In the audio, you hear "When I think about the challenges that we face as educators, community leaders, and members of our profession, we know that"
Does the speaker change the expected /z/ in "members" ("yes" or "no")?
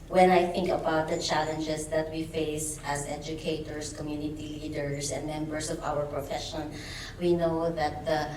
yes